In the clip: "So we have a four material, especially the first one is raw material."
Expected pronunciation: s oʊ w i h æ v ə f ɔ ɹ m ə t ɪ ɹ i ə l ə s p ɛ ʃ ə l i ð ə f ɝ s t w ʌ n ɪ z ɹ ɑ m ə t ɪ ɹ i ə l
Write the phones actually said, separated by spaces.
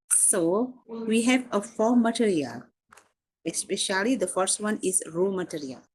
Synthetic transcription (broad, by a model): s oʊ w i h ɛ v ə f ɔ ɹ m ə t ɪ ɹ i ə l ə s p ɛ ʃ ə l i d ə f ɝ s t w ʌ n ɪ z ɹ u m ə t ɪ ɹ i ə l